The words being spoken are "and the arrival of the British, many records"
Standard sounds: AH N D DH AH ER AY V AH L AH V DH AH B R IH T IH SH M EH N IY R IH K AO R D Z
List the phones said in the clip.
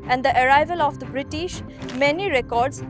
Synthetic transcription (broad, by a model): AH N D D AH ER AY V AH L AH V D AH B R IH T IH SH M EH N IY R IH K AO R D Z